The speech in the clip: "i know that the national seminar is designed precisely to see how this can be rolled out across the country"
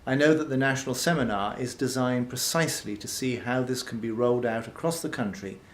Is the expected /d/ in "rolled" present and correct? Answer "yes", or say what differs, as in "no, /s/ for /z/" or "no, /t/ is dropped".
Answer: yes